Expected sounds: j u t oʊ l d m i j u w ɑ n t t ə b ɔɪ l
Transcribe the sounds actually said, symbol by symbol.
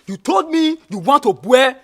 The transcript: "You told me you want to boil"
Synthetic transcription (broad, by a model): j u t oʊ l d m i j u w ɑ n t t ə b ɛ